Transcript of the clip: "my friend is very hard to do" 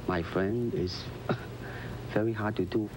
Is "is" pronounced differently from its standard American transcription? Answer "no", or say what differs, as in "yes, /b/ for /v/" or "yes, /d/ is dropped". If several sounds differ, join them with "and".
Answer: yes, /s/ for /z/